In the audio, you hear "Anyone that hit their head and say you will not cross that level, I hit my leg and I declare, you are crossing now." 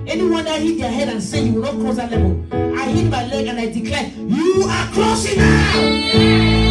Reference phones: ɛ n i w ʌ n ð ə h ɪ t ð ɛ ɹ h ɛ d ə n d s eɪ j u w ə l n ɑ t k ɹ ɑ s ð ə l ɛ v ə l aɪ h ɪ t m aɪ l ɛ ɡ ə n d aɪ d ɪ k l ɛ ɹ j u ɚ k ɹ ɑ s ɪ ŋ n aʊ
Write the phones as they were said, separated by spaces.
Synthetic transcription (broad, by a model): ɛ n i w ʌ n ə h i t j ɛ h ɛ d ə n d s eɪ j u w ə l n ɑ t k ɑ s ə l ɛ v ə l aɪ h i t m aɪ l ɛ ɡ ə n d aɪ d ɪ k l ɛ j u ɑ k ɑ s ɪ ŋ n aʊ